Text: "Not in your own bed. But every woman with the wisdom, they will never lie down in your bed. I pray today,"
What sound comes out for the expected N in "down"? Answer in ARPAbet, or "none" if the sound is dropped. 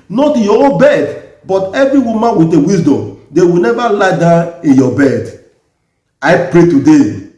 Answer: none